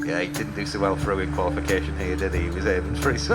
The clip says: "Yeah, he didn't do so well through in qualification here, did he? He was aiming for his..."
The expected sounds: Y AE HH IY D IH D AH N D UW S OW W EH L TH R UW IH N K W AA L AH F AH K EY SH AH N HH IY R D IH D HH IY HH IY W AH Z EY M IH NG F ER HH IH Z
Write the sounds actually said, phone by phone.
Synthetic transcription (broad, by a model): Y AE HH IY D IH D N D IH S OW W EH L F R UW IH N K W AA L AH F AH K EY SH AH N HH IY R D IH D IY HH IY W AH Z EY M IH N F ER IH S